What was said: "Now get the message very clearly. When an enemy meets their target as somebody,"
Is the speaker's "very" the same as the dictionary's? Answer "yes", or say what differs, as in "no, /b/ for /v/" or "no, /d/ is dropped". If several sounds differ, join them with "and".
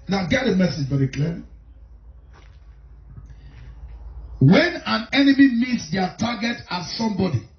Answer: no, /b/ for /v/